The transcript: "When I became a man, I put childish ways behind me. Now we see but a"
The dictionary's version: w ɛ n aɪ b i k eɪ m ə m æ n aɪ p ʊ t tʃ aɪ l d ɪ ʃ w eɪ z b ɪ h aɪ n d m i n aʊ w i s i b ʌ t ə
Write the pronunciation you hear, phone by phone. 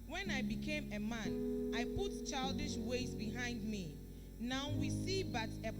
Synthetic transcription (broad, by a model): w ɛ n aɪ b i k eɪ m ə m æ n aɪ p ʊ t tʃ aɪ l d ɪ ʃ w eɪ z b ɪ h aɪ n d m i n aʊ w i s i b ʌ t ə